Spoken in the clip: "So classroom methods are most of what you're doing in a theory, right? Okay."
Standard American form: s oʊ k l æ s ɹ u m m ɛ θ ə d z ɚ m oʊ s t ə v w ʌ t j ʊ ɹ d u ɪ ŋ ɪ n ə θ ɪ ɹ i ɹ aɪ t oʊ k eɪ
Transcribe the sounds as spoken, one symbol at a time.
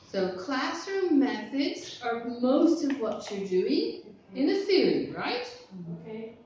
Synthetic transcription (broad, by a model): s oʊ k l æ s ɹ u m m ɛ θ ə d z ɚ m oʊ s t ə v w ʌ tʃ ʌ ɹ d u ɪ ŋ ɪ n ə f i l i ɹ aɪ t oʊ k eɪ